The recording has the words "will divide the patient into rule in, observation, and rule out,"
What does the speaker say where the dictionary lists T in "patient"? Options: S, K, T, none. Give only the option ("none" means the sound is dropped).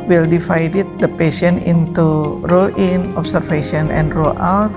none